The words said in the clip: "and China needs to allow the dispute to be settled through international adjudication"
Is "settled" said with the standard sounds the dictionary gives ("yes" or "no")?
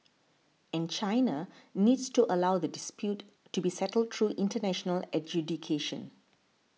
yes